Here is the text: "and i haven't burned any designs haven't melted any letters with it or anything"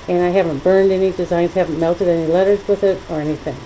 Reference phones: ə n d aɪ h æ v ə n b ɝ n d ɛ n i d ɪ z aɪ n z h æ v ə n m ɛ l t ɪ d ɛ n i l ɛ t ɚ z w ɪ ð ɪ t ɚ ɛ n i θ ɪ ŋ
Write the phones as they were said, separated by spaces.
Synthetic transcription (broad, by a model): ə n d aɪ h æ v ə n b ɝ n d ɛ n i d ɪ z aɪ n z h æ v n m ɛ l t ɪ d ɛ n i l ɛ t ɚ z w ɪ ð ɪ t ɚ ɛ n i θ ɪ ŋ